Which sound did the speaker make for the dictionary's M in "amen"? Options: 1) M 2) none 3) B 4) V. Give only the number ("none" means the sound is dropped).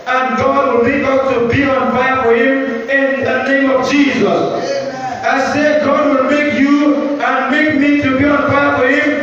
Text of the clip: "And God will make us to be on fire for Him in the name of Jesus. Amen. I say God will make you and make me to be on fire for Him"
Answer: 2